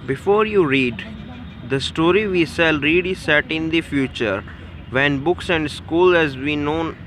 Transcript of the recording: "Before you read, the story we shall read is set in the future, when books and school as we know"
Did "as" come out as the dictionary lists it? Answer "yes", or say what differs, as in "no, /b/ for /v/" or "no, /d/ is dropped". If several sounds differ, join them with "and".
yes